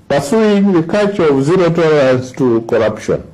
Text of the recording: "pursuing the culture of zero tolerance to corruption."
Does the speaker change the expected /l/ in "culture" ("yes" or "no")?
yes